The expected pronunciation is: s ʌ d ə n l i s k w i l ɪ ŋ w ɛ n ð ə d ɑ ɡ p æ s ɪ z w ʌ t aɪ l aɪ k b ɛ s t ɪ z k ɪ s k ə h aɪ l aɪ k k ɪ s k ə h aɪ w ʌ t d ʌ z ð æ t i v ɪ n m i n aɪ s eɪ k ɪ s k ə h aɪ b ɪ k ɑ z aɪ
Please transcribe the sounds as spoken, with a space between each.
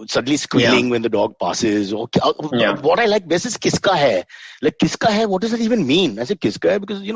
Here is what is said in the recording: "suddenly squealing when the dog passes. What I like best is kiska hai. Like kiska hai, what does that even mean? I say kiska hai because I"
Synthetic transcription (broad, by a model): s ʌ d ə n l i s k w i l ɪ ŋ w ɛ n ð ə d ɑ ɡ p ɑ s ɪ z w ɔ t aɪ l aɪ k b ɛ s ɪ z k ɪ s k ə h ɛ l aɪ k k ɪ s k ə h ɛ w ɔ t d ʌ z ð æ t i v ɪ n m i n aɪ s eɪ k ɪ s k ə h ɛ b ɪ k ɑ z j